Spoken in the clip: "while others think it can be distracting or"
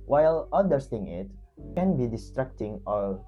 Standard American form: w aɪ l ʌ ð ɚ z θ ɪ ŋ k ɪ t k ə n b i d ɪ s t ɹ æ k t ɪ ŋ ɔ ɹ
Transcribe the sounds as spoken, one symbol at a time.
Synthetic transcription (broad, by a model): w aɪ l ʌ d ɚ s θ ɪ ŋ ɪ t k ə n b i d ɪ s t ɹ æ k t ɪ ŋ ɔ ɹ